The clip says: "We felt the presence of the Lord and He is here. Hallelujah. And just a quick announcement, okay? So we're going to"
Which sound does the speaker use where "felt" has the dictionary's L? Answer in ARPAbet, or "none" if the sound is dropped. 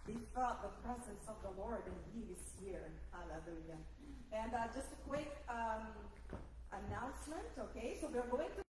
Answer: none